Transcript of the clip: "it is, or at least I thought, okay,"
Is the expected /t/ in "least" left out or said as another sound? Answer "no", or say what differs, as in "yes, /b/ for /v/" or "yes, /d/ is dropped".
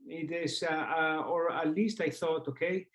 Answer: no